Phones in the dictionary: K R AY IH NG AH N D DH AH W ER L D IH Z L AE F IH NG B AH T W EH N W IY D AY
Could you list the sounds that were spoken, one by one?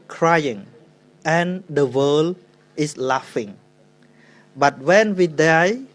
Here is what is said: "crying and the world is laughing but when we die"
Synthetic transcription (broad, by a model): K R AY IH NG AH N D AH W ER L IH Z L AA F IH NG B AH T W EH N W IY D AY